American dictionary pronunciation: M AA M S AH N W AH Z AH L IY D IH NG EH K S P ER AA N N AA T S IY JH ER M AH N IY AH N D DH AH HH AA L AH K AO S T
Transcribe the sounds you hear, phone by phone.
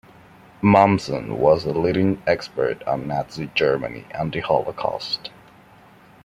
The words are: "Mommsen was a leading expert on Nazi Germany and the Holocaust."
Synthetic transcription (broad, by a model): M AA M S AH N W AH Z AH L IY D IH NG EH K S P ER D N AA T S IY JH ER M AH N IY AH N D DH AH HH AA L AH K AO S T